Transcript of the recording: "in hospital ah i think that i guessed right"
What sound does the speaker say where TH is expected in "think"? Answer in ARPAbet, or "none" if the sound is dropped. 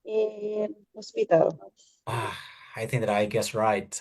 TH